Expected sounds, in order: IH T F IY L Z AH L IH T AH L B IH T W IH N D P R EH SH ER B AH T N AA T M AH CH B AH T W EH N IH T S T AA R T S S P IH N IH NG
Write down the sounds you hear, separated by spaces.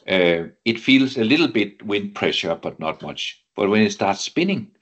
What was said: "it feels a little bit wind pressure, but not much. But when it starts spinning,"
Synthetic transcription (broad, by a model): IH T F IY L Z AH L IH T L B IH T W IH N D P R EH SH ER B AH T N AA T M AH CH B AH T W EH N IH T S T AA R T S S P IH N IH NG